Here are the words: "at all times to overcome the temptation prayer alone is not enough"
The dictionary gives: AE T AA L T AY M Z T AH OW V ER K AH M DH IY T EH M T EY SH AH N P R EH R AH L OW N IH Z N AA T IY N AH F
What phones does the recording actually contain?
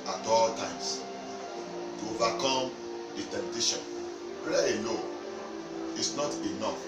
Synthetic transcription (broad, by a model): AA T AA L T AY M S T AH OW V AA K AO M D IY T EH M T EY SH AH N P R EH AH N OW IH S N AA T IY N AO F